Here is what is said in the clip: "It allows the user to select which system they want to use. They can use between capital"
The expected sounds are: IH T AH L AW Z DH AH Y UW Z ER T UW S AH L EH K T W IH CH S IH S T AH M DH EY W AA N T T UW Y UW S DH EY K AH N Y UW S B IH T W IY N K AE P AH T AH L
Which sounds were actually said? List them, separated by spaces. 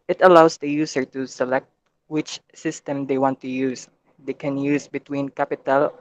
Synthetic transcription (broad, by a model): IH T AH L AW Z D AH Y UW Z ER T UW S AH L EH K T W IH CH S IH S T AH M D EY W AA N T T UW Y UW S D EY K AH N Y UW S B IH T W IY N K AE P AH T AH L